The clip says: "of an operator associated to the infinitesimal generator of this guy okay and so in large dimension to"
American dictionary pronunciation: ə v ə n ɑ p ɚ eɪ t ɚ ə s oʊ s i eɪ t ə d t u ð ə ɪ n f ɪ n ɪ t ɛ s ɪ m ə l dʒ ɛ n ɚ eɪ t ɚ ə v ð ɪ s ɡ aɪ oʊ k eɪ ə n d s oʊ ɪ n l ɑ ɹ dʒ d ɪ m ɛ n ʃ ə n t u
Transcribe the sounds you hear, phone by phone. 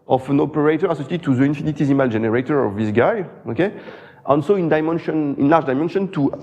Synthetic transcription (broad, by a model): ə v ə n ɑ p ɚ eɪ t ɚ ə s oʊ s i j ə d t u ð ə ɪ n f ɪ n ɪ t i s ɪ m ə l dʒ ɛ n ɚ eɪ t ɚ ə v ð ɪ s ɡ aɪ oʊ k eɪ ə n d ʃ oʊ ɪ n l ɑ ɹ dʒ d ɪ m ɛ n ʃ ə n t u